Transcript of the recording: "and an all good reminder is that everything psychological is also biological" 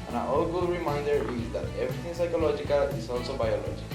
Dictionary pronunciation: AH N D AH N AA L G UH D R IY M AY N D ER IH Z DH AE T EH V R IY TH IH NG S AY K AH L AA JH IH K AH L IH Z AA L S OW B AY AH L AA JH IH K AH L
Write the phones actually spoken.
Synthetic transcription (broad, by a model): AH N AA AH AA L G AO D R IY M AY N D ER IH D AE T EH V R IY T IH NG S AY K AH L AA JH IH K AH L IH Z AA L S OW B AY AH L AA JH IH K